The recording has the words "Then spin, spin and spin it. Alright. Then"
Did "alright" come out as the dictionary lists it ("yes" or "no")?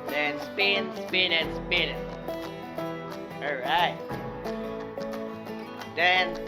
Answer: no